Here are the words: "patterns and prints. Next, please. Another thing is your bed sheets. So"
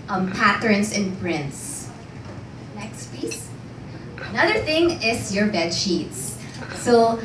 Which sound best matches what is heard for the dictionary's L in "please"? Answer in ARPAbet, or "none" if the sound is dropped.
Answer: none